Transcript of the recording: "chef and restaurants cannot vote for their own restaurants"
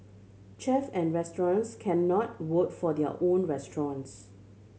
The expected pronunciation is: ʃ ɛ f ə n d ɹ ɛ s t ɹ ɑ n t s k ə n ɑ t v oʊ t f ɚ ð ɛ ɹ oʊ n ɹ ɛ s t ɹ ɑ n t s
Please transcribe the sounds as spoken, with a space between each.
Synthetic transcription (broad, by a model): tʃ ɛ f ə n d ɹ ɛ s t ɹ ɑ n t s k ə n ɑ t w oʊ t f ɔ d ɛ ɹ oʊ n ɹ ɛ s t ɹ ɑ n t s